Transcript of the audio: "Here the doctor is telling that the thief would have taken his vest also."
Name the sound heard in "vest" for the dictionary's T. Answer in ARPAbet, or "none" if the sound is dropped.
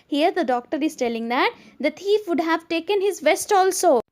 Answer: T